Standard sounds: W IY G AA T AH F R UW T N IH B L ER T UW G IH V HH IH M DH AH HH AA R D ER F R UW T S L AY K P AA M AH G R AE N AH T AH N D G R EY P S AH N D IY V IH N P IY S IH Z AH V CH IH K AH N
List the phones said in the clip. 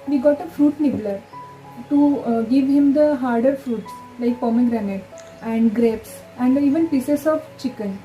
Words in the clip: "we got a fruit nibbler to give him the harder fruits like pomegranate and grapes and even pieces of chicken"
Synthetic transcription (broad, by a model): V IY G AA T AH F R UW T N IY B L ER T UW G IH V HH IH M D AH HH AA R D ER F R UW T S L AY K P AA M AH G R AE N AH T AH N D G R EY P S AH N D IY V IH N P IY S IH S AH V CH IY K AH N